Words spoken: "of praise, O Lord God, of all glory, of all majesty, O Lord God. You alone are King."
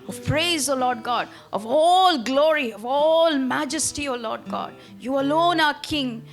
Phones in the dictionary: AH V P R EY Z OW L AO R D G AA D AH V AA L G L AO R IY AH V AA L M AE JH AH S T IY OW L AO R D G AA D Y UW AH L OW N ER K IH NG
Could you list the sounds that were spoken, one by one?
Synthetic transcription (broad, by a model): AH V P R EY Z OW L AO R D G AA D AH V AA L G L AO R IY AH V AA L M AE JH AH S T IY OW L AO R D G AA D Y UW AH L OW N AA K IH NG